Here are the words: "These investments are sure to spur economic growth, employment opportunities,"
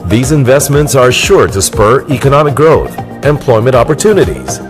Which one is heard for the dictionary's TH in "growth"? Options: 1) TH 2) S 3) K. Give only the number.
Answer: 1